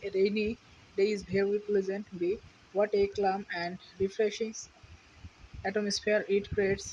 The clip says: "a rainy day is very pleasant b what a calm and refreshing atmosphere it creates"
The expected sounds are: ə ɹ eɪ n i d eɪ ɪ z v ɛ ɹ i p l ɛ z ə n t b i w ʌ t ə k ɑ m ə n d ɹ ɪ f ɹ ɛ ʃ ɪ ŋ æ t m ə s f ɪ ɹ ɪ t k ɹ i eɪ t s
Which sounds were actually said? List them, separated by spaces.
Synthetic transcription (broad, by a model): ɹ eɪ n i d eɪ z b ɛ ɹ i p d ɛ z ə n t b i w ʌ t ə k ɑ m ə n d ɹ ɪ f ɹ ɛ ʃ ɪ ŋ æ t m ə s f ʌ ɹ ɪ t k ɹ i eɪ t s